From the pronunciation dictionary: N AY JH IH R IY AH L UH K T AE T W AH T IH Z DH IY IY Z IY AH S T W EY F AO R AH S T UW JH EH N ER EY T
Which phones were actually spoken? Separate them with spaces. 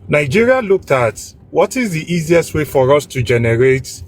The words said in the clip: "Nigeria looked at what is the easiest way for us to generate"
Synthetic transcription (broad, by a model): N AY JH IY R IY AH L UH K T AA T W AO T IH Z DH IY IY Z IY AH S T W EY F AO R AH S T UW JH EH N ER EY T